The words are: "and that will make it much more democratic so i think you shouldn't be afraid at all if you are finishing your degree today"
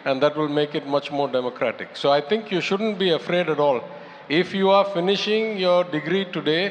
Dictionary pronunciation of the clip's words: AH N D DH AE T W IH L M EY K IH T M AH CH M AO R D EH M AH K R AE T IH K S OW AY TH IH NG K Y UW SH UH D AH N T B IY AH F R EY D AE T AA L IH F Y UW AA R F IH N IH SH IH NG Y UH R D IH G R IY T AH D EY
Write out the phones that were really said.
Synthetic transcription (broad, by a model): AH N D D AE T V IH L M EY K IH T M AH CH M AO R D EH M AH K R AE T IH K S OW AY T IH NG K Y UW SH UH D AH N T B IY AH F R EY D AE T AA L IH F Y UW AA R F IH N IH SH IH NG Y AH R D IH G R IY T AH D EY